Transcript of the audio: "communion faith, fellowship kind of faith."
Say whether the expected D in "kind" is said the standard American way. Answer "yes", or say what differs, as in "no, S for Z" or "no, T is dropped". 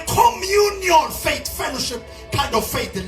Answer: yes